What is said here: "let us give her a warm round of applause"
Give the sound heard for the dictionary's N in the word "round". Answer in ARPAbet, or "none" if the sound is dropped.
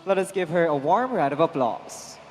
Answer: none